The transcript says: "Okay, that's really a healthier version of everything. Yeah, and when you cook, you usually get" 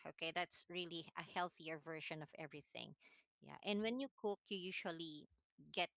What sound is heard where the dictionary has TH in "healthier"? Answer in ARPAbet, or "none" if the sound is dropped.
TH